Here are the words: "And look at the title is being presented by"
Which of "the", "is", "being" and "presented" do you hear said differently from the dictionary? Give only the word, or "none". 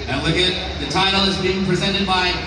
none